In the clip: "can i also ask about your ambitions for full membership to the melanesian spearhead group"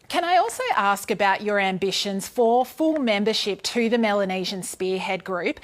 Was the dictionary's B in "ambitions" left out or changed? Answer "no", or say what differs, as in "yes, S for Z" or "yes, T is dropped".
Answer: no